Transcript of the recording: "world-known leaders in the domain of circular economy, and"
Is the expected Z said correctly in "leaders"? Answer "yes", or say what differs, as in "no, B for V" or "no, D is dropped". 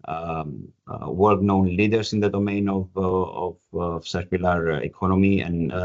no, S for Z